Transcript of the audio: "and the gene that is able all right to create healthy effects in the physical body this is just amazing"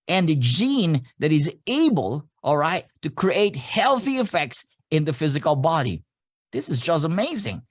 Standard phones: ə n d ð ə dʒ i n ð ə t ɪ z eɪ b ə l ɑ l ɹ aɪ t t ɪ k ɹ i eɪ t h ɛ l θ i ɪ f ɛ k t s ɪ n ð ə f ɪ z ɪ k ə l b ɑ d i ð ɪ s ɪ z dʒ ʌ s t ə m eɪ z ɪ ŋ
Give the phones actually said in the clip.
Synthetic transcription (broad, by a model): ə n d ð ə dʒ i n ð ə t ɪ z eɪ b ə l ɑ l ɹ aɪ t t ɪ k ɹ i eɪ t h ɛ l θ i ɪ f ɛ k t s ɪ n ð ə f ɪ z ɪ k ə l b ɑ d i ð ɪ s ɪ z dʒ ʌ s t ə m eɪ z ɪ ŋ